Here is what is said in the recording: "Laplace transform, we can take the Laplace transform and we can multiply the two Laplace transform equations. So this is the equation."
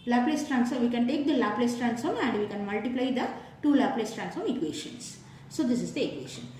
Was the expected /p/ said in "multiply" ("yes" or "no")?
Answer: yes